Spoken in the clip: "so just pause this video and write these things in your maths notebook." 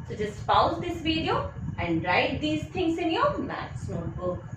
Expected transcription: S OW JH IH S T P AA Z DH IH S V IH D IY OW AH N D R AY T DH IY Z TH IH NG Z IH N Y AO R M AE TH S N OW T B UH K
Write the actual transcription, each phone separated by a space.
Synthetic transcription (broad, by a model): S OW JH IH S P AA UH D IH S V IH D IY OW AH N D R AY T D IY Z T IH NG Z IH N Y AO R M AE T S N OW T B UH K